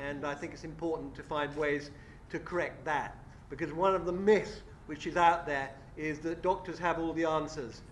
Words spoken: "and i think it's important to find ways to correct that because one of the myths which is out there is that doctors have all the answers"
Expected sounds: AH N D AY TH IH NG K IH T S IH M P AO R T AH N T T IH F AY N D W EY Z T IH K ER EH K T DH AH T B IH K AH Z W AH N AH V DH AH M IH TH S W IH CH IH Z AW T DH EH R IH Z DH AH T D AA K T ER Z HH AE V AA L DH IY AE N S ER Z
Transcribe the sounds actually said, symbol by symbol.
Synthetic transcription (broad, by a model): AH N AY TH IH NG K IH T S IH M P AO R T N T T IH F AY N D W EY Z T IH K ER EH K T DH AH T B IH K AH Z W AH N AH V DH AH M IH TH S W IH CH IH Z AW T DH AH R IH Z DH AH T D AA K T ER Z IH V AA L DH IY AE N S ER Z